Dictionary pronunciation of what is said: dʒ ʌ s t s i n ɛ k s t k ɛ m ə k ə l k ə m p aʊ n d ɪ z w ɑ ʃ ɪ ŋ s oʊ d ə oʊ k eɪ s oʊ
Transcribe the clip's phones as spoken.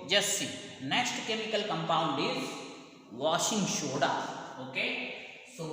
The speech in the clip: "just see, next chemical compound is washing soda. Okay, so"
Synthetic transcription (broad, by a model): dʒ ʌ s s i n ɛ k s t k ɛ m ə k ə l k ə m p aʊ n d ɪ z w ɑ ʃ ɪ ŋ ʃ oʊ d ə oʊ k eɪ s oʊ